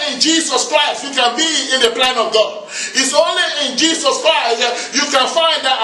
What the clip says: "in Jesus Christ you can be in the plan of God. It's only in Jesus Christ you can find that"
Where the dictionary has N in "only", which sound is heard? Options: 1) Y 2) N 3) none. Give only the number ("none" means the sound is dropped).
2